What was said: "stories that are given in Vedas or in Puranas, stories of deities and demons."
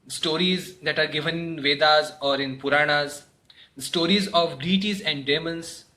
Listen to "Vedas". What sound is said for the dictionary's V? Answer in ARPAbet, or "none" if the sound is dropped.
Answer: V